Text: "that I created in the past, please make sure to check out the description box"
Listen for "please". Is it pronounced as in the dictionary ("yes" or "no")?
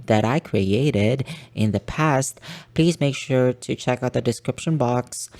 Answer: yes